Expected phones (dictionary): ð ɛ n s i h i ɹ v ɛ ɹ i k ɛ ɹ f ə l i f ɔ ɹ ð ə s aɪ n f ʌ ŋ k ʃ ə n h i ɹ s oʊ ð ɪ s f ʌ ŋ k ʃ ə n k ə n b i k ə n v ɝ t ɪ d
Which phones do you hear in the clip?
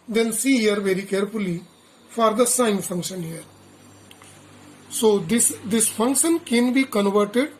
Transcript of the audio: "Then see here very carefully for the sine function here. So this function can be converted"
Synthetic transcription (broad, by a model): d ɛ n s i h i ɹ v ɛ ɹ i k ɛ ɹ f ə l i f ɔ ɹ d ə s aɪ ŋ f ʌ ŋ k ʃ ə n h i ɹ s oʊ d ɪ s f ʌ ŋ k ʃ ə n k ə n b i k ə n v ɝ t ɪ d